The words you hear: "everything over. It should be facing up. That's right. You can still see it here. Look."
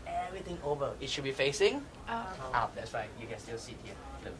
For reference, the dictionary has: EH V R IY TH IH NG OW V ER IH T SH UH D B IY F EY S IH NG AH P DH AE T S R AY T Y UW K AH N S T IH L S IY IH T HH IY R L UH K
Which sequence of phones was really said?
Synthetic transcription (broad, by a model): EH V R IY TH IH NG OW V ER IH T SH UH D B IY F EY S IH NG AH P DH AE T S R AY T Y UW K AH N S T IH L S IY T HH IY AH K